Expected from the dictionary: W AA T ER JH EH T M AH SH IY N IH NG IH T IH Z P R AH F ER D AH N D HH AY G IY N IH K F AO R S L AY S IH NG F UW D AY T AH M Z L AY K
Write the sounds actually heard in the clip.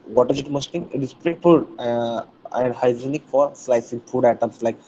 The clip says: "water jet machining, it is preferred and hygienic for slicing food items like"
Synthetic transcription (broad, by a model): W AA T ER Z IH T M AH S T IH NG IH T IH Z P R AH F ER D AH N D HH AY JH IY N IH K F AO R S L AY S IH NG F UW D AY T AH M S L AY K